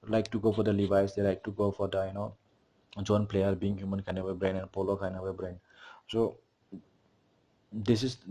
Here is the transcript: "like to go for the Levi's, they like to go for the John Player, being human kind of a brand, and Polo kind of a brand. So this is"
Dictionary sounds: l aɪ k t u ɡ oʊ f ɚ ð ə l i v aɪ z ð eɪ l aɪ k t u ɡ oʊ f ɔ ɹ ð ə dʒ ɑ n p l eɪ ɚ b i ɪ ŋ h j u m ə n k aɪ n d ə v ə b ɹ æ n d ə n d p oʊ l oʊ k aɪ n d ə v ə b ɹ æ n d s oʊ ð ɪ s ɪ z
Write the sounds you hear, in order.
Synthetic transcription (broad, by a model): l aɪ k t u ɡ oʊ f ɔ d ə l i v aɪ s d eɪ l aɪ k t u ɡ oʊ f ɔ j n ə dʒ ɑ n p l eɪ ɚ b i ɪ ŋ h j u m ə n k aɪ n ə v ə b ɹ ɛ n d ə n p oʊ l oʊ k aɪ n ə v ə b ɹ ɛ n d s oʊ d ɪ s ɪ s